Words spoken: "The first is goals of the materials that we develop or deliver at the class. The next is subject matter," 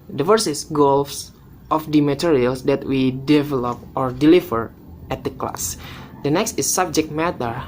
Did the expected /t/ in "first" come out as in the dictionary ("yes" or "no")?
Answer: no